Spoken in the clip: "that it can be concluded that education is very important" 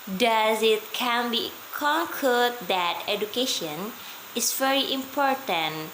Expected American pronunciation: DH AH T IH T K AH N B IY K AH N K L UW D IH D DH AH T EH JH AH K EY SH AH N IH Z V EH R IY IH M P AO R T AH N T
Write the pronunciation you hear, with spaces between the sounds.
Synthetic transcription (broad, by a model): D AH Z IH T K AH N B IY K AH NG K AH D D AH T EH JH AH K EY SH AH N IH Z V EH R IY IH M P AO R T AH N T